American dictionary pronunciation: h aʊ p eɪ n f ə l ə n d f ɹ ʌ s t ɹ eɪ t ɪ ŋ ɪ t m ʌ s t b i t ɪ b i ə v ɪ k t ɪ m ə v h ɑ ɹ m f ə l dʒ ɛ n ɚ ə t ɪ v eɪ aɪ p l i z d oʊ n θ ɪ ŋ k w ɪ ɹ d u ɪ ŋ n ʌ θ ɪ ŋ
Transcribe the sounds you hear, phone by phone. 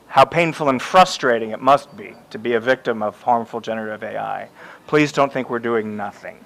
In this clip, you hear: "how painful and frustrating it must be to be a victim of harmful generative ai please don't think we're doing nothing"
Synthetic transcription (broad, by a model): h aʊ p eɪ n f l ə n f ɹ ʌ s t ɹ eɪ t ɪ ŋ ɪ t m ʌ s t b i t ɪ b i ə v ɪ k t ɪ m ə v h ɑ ɹ m f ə l dʒ ɛ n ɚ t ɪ v eɪ aɪ p l i z d oʊ n θ ɪ ŋ k w ɪ ɹ d u ɪ ŋ n ʌ θ ɪ ŋ